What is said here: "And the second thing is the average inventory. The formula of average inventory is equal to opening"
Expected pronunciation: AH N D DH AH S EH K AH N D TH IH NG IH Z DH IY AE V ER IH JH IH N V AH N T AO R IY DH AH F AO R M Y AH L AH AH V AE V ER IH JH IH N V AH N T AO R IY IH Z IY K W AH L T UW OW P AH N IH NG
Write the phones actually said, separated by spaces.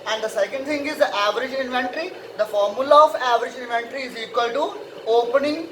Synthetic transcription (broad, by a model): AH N D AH S EH K AH N D T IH NG IH Z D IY AE V ER IH JH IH N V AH N T R IY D AH F AO R M Y AH L AH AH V AE V ER IH JH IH N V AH N T R IY IH Z IY K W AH L T UW OW P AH N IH NG